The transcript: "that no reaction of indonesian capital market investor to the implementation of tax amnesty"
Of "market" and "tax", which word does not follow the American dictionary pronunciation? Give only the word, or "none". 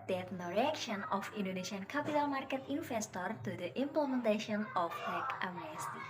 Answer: tax